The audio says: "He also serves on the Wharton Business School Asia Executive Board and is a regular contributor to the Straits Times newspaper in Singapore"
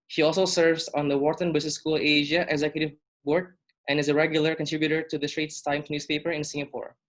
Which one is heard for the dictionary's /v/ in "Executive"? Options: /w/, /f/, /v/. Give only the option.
/v/